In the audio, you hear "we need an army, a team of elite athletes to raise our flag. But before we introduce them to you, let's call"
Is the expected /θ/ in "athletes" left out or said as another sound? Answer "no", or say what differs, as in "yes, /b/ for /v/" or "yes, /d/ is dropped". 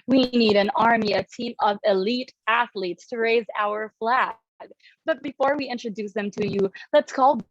no